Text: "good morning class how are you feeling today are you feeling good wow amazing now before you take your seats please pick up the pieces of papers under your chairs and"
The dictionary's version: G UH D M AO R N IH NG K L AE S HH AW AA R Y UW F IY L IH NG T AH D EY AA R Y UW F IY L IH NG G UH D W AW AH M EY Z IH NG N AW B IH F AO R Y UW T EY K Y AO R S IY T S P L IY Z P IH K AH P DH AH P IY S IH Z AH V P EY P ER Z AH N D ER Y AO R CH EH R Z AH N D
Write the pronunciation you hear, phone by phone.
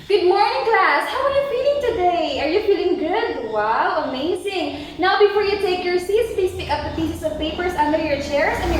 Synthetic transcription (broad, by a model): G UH D M AO R N IH NG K L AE S HH AW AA R Y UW F IY L IH NG T AH D EY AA R Y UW F IY L IH NG G UH D W AW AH M EY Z IH NG N AW B IH F AO R Y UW T EY K Y AO R S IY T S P IY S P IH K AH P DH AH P IY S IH S AH V P EY P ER S AH N D ER Y AO R CH EH R S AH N